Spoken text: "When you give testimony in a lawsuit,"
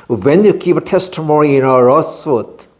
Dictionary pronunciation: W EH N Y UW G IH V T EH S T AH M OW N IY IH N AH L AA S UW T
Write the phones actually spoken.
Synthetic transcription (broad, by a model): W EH N Y UW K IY P T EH S T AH M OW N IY IH N AH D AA S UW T